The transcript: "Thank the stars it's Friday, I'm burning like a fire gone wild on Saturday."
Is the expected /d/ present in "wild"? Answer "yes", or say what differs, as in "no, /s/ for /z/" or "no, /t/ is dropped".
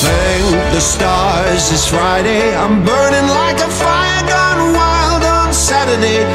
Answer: yes